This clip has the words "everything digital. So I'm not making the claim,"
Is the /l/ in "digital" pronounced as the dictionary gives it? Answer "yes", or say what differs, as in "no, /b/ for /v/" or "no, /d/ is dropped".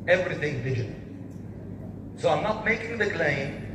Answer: no, /n/ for /l/